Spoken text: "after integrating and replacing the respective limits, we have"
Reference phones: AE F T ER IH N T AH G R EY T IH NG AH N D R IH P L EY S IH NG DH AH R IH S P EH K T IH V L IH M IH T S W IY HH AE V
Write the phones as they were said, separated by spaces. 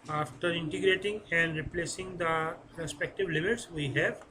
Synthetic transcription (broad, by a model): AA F T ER IH N T AH G R EY T IH NG AH N D R IH P L EY S IH NG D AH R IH S P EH K T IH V L IH M IH T S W IY HH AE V